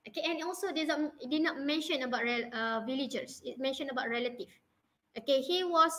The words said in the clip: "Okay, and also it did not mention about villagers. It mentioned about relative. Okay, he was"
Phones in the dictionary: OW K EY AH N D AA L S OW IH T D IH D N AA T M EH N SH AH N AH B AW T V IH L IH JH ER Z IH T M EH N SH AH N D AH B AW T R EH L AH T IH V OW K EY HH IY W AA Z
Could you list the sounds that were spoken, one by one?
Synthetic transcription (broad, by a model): OW K EY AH N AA L S OW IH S D IH D N AA T M EH N SH AH N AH B AW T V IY L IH JH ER S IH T M EH N SH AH N AH B AW T R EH L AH T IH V OW K EY HH IY W AA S